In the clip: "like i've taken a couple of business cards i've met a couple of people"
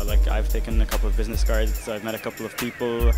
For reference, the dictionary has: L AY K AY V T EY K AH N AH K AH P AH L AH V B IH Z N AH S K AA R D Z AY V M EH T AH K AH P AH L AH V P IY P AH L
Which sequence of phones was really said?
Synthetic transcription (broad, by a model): L AY K AY V T EY K AH N AH K AH P L AH V B IH Z N AH S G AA R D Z AY V M EH T AH K AH P L AH V P IY P L